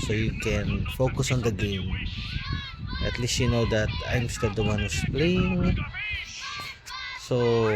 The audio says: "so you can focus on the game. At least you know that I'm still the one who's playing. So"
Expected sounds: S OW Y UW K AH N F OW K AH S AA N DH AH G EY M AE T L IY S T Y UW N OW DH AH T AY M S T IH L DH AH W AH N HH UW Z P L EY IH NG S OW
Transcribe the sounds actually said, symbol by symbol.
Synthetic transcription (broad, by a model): S OW Y UW K AH N F OW K AH S AA N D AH G EY M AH T L IY S T Y UW N OW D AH T AY M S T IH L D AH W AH N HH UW S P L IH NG S OW